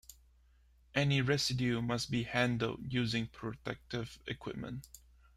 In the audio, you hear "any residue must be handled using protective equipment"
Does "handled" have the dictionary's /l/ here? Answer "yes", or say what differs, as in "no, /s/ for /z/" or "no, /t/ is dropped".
yes